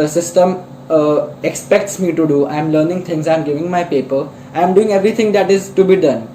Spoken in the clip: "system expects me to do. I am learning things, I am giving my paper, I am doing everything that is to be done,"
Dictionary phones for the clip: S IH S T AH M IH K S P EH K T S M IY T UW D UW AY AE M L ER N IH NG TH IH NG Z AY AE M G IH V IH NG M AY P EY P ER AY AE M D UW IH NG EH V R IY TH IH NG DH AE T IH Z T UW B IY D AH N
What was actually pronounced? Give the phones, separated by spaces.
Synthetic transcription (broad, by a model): S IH S T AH M IH K S P EH K T S M IY T UW D UW AY M L ER N IH NG T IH NG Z AY M G IH V IH NG M AY P EY P ER AY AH M D UW IH NG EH V R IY T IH NG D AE T IH Z T UW B IY D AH N